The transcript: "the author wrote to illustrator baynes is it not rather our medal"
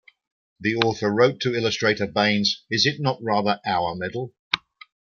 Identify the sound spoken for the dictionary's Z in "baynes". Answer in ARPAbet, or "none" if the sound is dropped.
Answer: Z